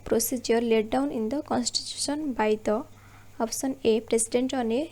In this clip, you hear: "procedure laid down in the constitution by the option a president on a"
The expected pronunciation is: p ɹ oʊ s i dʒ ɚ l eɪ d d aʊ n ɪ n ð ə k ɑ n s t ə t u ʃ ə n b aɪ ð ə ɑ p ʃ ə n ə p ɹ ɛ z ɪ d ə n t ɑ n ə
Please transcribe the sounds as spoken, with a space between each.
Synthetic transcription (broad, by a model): p ɹ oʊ s i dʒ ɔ l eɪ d d aʊ n ɪ n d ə k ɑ n s t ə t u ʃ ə n b aɪ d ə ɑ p s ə n ə p ɹ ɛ s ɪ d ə n t ɑ n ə